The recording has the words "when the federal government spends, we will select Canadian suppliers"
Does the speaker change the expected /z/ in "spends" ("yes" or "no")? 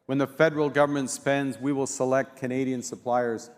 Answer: no